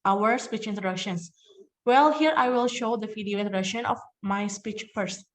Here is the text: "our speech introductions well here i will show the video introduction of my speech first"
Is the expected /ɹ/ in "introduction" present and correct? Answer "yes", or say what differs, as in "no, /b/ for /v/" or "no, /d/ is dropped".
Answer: no, /ɹ/ is dropped